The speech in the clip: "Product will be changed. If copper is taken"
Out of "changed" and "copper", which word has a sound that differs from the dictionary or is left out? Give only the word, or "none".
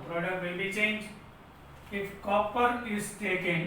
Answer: changed